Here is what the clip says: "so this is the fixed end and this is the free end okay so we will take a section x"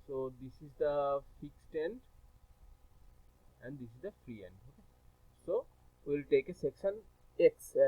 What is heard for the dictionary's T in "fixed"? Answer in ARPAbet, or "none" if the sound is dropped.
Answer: T